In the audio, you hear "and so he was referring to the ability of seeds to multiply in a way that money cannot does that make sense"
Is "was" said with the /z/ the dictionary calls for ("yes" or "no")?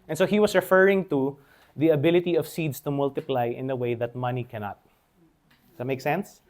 no